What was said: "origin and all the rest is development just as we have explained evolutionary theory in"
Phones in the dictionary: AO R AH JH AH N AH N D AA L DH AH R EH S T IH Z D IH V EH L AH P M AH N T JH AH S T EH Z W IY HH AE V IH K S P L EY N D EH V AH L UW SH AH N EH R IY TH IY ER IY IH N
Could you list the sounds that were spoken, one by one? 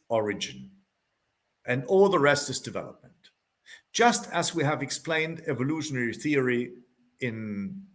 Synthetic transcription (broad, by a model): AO R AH JH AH N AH N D AA L DH AH R EH S T IH Z D IH V EH L AH P M AH N T JH AH S T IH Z W IY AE V IH K S P L EY N D EH V AH L UW SH AH N EH R IY TH IY ER IY IH N